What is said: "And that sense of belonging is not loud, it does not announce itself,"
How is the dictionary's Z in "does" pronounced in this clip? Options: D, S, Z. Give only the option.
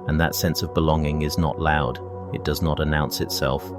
Z